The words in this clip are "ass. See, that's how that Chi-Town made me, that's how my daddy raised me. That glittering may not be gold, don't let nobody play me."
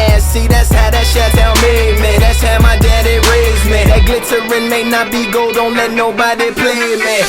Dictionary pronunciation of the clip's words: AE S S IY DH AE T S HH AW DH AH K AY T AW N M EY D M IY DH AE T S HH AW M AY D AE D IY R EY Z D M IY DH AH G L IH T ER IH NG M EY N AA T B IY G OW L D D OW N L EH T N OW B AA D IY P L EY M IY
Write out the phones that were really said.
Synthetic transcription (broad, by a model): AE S S IY DH AE T S HH AW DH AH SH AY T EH L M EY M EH DH AE T S HH AW M AY D AE D IY R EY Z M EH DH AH G L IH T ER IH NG M EY N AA T B IY G OW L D D OW N L EH T N OW B AA D IY P L EY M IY